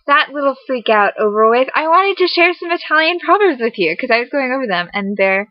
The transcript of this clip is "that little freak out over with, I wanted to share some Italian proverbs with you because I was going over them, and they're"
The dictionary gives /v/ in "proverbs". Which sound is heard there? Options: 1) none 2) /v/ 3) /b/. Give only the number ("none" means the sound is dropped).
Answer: 3